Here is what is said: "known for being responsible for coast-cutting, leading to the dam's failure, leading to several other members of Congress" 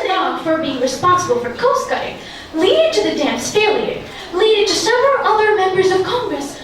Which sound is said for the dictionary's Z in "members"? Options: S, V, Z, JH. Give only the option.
Z